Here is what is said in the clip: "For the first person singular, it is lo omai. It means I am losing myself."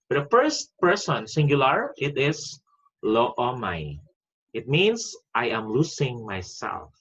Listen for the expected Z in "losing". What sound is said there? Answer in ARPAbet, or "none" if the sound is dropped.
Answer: S